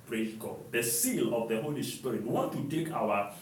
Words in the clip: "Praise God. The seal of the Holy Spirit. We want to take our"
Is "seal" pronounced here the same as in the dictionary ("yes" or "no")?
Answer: yes